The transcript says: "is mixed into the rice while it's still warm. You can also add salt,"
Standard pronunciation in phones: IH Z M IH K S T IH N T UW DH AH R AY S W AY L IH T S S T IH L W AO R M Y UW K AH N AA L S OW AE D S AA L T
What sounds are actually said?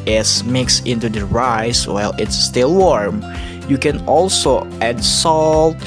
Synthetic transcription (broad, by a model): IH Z M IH K S IH N T UW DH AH R AY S W AY L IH T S S T IH L W AO R M Y UW K AH N AA L S OW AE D S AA L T